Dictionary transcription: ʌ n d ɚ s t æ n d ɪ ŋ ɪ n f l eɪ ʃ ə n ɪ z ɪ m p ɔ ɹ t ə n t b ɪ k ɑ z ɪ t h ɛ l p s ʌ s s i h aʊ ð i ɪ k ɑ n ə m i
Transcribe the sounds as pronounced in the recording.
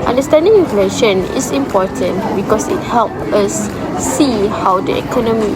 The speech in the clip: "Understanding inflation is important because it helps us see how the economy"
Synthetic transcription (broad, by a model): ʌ n d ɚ s t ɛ n d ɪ ŋ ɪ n f l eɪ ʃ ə n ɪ s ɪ m p ɔ t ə n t b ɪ k ɑ s ɪ t h ɛ l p ʌ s s i h aʊ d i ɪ k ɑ n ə m i